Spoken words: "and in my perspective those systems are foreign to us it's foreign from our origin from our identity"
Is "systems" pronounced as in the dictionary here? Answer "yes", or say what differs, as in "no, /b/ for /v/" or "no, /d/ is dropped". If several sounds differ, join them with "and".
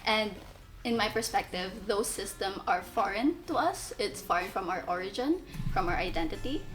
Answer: no, /z/ is dropped